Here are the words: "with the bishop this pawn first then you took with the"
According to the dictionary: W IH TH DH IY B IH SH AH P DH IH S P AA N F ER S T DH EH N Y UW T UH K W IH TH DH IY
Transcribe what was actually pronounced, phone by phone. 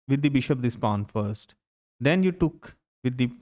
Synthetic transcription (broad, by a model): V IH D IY B IH SH AH P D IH S P AA N F ER S T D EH N Y UW T UH K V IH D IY